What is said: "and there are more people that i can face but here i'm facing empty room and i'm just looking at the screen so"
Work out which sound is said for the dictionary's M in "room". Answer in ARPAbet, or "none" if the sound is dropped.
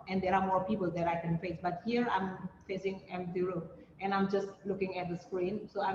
none